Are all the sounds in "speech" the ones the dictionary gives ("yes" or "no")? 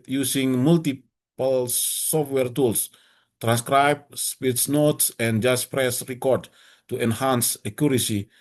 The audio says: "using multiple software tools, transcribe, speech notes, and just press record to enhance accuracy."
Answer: no